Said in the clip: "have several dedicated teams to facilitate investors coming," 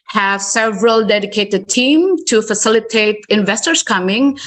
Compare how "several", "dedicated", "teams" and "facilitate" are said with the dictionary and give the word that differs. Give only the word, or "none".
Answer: teams